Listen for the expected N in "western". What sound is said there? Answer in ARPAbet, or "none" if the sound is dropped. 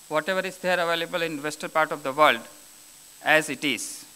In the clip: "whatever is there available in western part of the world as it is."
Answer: L